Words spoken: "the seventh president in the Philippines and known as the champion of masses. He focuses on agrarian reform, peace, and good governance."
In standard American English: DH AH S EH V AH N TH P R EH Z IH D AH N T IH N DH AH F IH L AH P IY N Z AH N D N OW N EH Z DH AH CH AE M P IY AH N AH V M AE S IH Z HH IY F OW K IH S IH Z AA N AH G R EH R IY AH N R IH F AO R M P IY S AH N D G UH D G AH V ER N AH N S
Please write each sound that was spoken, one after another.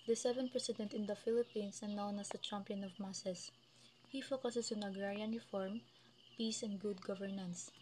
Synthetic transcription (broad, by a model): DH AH S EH V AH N P R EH S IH D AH N T IH N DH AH F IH L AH P IY N S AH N N OW N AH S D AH CH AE M P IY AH N AH V M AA S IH S HH IY F OW K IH S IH S AA N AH G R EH R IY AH N R IH F AO R M P IY S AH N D G UH D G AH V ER N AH N S